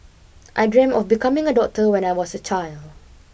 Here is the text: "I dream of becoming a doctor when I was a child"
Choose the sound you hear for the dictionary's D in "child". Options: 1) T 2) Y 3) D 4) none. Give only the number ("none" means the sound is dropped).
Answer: 3